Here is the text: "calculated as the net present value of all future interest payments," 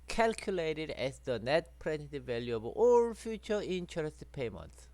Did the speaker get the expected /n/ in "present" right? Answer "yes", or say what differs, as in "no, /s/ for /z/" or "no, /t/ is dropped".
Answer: no, /n/ is dropped